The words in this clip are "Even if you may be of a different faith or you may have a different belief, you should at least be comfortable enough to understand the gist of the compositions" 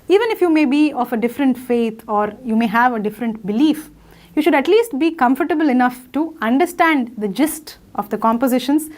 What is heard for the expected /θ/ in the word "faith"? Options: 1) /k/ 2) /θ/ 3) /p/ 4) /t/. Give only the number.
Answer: 4